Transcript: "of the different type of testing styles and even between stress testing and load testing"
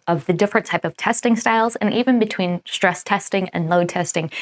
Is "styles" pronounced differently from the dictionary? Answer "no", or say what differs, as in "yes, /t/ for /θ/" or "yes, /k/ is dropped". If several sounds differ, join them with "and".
no